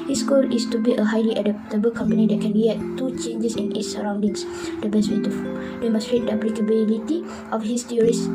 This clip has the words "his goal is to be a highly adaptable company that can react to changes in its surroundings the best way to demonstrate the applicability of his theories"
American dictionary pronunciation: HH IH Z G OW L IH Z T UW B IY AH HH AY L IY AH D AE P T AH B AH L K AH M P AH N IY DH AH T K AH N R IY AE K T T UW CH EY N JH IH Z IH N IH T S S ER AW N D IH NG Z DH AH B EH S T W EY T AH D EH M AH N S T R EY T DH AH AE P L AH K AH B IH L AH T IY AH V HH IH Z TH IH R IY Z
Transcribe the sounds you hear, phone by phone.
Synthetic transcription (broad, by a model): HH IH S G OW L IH S T UW B IY AH HH AY L IY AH D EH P T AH B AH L K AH M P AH N IY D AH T K AH N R IY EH T T UW CH EY N JH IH S IH N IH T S S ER AW N D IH NG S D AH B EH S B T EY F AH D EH M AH S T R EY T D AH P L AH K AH B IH L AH T IY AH F HH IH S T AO R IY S